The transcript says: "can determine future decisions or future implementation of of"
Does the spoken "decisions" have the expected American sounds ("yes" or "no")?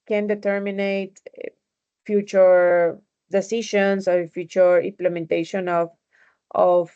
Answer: no